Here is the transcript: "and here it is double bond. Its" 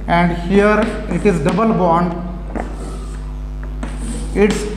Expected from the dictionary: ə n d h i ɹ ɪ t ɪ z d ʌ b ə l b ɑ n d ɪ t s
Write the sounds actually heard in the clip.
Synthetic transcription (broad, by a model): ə n d h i ɹ ɪ t ɪ z d ʌ b ə l b ɑ n d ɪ t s